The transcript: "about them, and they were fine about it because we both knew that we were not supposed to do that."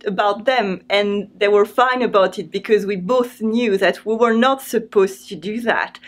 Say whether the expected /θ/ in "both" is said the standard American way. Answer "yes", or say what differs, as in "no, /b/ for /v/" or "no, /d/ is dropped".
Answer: yes